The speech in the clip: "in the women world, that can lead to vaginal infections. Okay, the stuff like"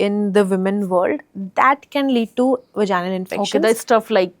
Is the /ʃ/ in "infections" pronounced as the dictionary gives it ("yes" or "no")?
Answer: no